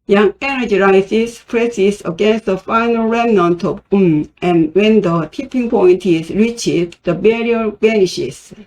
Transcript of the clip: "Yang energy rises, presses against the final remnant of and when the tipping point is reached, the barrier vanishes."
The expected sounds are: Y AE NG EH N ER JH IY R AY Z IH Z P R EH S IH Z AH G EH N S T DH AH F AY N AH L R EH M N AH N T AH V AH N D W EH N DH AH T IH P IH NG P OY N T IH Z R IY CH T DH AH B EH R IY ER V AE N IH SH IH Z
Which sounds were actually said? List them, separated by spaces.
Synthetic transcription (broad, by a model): Y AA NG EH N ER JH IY R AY S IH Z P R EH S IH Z AH G EH N S T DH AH F AY N AH L R EH M N AH N T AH P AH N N W EH N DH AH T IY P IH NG P OY N T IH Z R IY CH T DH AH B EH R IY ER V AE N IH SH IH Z